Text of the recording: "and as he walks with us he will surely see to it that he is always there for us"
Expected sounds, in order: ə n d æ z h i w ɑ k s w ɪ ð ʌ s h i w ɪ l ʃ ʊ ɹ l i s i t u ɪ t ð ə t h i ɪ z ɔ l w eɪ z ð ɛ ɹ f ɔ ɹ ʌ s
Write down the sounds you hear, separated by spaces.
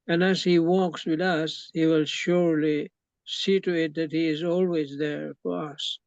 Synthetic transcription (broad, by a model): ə n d æ z h i w ɑ k s w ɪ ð ʌ s h i w ɪ l ʃ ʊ ɹ l i s i t u ɪ t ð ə t h i ɪ z ɔ l w eɪ z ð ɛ ɹ f ɔ ɹ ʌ s